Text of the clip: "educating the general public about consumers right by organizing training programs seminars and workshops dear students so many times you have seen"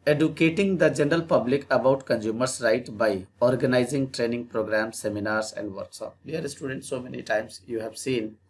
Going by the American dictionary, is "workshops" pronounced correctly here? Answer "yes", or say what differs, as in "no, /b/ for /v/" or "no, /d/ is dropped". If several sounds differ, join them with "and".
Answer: no, /s/ is dropped